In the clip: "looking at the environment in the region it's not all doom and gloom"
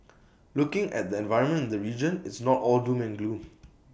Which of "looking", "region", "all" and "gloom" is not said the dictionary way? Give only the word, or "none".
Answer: gloom